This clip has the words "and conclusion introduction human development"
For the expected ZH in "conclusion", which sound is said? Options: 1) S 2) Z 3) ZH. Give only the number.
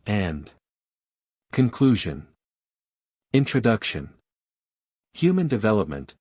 3